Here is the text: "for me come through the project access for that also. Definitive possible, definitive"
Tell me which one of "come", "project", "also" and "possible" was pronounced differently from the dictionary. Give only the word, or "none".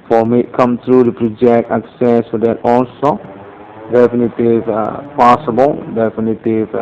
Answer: also